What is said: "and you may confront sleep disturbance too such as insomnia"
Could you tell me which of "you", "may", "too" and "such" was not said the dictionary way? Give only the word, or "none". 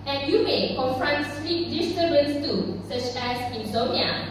none